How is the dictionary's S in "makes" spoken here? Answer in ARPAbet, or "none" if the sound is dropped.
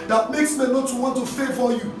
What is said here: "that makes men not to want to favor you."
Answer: S